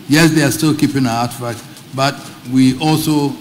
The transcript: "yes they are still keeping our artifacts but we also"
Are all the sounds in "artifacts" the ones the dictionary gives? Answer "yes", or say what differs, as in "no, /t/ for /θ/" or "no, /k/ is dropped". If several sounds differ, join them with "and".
no, /s/ is dropped